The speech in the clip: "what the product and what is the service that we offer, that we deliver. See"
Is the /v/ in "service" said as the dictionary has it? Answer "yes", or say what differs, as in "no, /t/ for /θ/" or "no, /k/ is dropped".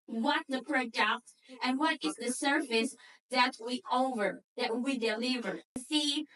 no, /f/ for /v/